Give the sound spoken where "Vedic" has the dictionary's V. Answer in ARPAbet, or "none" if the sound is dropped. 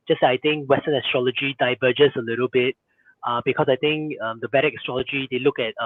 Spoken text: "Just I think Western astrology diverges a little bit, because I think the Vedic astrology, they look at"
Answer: B